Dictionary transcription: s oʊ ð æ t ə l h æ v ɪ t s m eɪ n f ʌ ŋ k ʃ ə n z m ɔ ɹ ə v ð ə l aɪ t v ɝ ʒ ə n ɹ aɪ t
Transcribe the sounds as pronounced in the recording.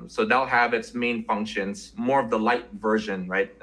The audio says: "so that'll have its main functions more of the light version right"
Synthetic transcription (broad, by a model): s oʊ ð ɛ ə l h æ v ɪ t s m eɪ n f ʌ ŋ k ʃ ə n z m ɔ ɹ ə v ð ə l aɪ t v ɝ ʒ ə n ɹ aɪ t